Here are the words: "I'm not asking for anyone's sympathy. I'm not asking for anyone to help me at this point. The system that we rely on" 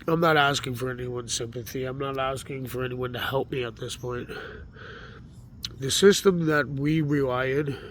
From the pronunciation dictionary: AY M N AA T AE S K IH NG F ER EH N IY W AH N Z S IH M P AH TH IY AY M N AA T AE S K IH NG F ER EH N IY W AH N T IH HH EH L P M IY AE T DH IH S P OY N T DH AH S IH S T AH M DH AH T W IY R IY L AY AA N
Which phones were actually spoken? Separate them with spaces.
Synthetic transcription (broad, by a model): AY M N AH T AE S K IH NG F ER EH N IY W AH N Z S IH M P AH TH IY AY M N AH T AE S K IH NG F ER EH N IY W AH N T IH HH EH L P M IY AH T DH IH S P OY N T DH AH S IH S T AH M DH AH T W IY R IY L AY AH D